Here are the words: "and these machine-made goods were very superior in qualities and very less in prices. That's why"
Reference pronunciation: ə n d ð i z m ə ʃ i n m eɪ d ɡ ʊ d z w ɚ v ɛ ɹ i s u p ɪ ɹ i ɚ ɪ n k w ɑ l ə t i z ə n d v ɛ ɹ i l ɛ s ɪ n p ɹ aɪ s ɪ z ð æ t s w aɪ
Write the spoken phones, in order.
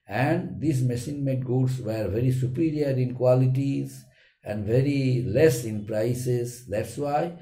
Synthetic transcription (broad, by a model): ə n d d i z m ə s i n m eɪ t ɡ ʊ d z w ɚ v ɛ ɹ i s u p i ɹ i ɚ ɪ n k w ɑ l ə t i z ə n d v ɛ ɹ i l ɛ s ɪ n p ɹ aɪ s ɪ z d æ t s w aɪ